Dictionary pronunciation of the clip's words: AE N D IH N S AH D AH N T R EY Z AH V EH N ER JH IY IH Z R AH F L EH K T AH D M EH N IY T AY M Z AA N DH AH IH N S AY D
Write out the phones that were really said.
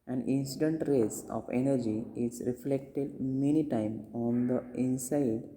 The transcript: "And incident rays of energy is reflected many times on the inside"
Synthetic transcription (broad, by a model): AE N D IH N S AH D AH N T R EY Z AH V EH N ER JH IY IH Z R AH F L EH K T AH D M EH N IY T AY M AA N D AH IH N S AY D